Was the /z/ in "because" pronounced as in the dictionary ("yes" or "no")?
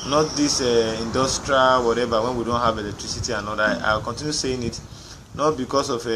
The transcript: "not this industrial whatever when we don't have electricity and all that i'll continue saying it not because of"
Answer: no